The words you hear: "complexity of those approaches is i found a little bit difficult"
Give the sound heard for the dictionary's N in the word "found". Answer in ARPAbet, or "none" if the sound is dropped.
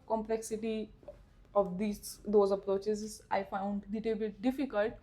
N